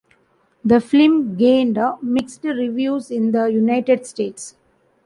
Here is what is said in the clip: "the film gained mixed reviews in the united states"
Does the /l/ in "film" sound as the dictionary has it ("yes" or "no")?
no